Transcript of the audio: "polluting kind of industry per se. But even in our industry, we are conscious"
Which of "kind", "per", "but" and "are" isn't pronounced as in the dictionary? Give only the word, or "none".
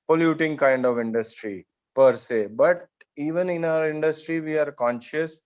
none